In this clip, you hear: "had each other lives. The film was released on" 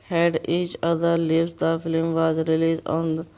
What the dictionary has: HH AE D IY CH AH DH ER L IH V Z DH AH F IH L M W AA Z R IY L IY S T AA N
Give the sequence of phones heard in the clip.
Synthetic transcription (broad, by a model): HH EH D IY CH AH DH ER L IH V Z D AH F IH L M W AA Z R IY L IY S AA N